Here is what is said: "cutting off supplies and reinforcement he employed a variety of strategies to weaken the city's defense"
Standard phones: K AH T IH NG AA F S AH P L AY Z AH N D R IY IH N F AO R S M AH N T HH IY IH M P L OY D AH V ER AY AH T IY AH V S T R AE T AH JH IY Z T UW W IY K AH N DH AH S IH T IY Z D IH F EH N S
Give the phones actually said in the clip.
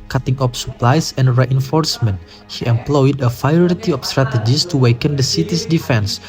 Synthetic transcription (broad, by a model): K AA T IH NG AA P S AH P L AY S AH N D R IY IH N F AO R S M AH N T HH IY IH M P L OY D AH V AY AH T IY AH F S T R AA T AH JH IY S T UW W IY K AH N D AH S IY T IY S D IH F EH N S